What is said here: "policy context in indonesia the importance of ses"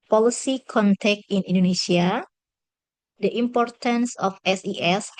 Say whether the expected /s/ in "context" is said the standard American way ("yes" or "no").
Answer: no